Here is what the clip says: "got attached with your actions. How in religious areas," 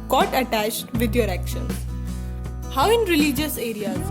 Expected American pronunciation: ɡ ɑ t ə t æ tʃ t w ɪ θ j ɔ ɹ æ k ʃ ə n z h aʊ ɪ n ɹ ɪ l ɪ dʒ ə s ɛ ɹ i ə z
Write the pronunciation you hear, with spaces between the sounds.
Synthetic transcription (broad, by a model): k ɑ t ə t æ tʃ t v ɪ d j ɔ ɹ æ k ʃ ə n h aʊ ɪ n ɹ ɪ l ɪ dʒ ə s ɛ ɹ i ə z